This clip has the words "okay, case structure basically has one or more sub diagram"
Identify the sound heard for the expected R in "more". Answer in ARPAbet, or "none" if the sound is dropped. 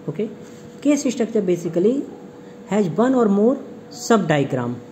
R